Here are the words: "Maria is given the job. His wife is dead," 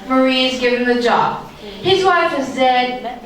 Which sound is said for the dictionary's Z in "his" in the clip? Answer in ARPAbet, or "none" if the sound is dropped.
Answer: Z